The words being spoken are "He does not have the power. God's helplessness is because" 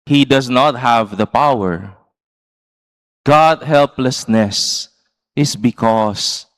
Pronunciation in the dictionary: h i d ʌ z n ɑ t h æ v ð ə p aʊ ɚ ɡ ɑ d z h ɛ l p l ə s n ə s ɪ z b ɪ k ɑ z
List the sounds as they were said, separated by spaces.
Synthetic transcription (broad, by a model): h i d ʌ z n ɑ t h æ v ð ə p aʊ ɚ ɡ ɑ d h ɛ l p l ə s n ə s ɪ s b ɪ k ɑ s